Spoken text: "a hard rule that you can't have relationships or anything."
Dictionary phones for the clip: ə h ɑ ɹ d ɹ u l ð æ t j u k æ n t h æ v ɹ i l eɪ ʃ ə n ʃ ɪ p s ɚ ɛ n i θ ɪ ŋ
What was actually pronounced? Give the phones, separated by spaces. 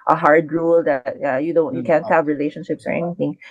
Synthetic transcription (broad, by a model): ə h ɑ ɹ d ɹ u l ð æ t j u k æ n t h æ v ɹ i l eɪ ʃ ə n ʃ ɪ p s ɚ ɛ n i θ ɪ ŋ